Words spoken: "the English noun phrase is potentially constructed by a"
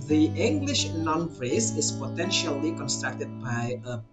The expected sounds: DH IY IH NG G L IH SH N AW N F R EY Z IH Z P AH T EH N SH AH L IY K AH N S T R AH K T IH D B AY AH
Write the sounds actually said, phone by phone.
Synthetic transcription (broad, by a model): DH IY IH NG G L IH SH N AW N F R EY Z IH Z P AH T EH N SH AH L IY K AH N S T R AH K T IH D B AY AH